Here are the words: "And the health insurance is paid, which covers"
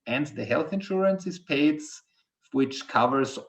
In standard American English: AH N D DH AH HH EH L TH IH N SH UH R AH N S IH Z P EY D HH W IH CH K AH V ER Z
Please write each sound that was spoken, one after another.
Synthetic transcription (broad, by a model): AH N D DH AH HH EH L TH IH N SH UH R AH N S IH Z P EY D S W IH CH K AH V ER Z